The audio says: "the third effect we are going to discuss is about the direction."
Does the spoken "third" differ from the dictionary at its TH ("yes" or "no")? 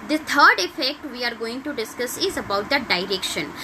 yes